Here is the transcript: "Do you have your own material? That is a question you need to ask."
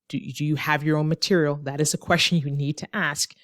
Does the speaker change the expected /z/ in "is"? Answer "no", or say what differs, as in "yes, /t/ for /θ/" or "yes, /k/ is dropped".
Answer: no